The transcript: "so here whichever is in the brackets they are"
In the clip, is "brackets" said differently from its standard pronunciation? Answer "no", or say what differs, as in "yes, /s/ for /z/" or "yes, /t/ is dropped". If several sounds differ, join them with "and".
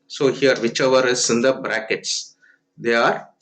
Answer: no